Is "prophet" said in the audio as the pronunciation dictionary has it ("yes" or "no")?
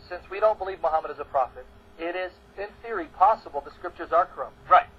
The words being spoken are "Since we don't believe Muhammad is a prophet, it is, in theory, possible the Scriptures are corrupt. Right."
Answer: yes